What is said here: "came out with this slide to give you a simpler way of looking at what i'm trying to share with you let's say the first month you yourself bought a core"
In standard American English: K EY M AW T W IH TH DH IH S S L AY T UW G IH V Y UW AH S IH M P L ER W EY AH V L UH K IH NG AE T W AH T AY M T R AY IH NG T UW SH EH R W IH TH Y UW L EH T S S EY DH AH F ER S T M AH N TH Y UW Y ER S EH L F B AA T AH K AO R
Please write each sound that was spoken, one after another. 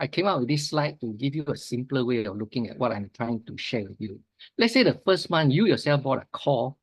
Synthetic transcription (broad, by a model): K EY M AW T W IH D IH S S L AY T UW G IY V Y UW AH S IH M P L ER W EY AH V L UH K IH NG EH T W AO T AY M T R AY IH NG T UW SH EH W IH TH Y UW L EH T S S EY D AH F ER S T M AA N Y UW Y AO S EH L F B AA T AH K AO